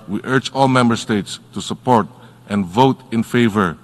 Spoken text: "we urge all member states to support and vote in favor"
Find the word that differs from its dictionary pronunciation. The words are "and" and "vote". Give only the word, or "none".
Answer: none